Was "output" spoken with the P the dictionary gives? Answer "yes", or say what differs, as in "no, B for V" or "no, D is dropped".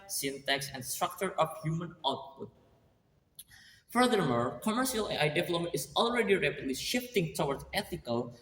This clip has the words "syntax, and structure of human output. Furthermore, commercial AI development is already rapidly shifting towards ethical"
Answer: yes